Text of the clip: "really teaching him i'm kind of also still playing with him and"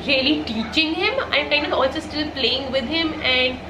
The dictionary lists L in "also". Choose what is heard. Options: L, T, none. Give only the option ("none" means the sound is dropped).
L